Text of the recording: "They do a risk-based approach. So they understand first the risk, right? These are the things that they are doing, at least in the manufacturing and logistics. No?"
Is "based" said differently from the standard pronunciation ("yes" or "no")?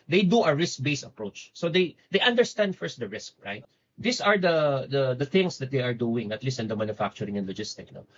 yes